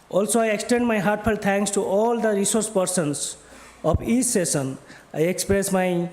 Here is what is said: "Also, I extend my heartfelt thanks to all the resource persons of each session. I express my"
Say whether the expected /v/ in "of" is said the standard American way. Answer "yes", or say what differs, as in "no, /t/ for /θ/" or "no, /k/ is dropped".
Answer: no, /p/ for /v/